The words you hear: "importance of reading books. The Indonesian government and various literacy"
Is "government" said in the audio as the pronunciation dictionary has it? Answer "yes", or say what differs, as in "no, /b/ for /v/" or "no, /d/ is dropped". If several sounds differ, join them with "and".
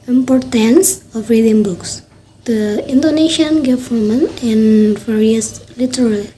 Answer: no, /t/ is dropped